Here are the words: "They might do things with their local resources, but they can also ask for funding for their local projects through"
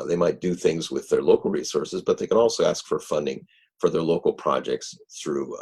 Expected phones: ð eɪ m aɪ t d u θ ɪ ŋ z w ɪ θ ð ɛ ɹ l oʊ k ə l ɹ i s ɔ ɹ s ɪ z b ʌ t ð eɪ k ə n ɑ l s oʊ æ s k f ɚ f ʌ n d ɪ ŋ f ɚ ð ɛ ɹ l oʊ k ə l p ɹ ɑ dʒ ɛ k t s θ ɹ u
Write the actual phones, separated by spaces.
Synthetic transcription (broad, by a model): ð eɪ m aɪ t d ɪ θ ɪ ŋ z w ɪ ð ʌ ɹ l oʊ k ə l ɹ i s ɔ ɹ s ɪ z b ʌ t ð eɪ k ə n ɑ l s oʊ æ s k f ɚ f ʌ n d ɪ ŋ f ɚ ð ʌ ɹ l oʊ k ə l p ɹ ɑ dʒ ɛ k t s θ ɹ u